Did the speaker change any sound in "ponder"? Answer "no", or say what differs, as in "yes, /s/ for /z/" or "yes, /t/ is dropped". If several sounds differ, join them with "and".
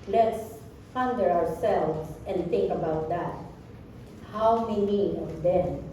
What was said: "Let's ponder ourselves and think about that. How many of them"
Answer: yes, /f/ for /p/